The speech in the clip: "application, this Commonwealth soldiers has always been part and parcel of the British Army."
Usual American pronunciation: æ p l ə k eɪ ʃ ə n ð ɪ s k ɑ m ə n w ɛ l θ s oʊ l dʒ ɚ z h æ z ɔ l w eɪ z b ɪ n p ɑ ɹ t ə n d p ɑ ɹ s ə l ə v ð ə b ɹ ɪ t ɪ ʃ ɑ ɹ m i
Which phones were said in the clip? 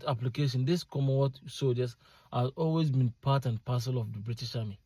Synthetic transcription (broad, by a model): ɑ p l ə k eɪ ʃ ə n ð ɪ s k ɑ m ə w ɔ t s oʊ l dʒ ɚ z h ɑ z ɔ l w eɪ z b ɪ n p ɑ t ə n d p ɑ s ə l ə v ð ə b ɹ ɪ t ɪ ʃ ɑ m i